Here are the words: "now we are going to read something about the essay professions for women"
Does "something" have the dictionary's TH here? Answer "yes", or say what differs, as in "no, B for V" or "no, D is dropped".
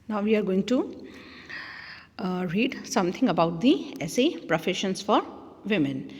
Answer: no, T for TH